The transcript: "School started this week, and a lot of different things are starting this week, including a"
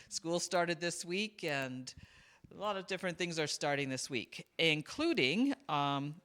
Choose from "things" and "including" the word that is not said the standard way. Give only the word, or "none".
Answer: none